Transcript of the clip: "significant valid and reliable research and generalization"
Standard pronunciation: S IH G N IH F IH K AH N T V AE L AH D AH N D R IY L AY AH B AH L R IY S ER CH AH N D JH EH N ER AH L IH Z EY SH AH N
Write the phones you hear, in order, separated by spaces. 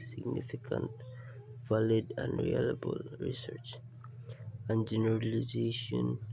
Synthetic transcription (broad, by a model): S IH G N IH F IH K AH N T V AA L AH D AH N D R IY L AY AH B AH L R IY S ER CH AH N JH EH N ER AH L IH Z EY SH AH N